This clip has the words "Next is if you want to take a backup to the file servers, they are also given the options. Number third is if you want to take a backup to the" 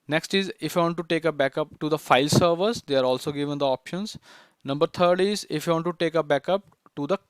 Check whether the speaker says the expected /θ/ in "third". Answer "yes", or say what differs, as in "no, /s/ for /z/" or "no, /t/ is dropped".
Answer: no, /t/ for /θ/